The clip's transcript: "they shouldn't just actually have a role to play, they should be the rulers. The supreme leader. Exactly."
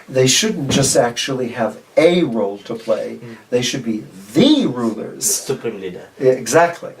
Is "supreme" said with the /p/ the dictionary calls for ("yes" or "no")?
no